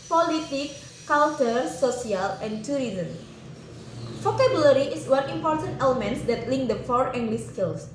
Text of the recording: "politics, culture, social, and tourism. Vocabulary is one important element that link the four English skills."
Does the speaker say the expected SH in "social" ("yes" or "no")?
no